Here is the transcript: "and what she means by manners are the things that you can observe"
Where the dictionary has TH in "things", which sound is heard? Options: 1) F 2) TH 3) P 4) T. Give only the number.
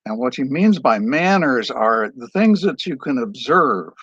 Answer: 2